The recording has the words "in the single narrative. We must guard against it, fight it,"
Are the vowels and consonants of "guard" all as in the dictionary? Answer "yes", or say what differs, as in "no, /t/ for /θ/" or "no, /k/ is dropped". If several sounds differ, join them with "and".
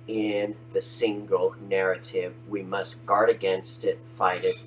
yes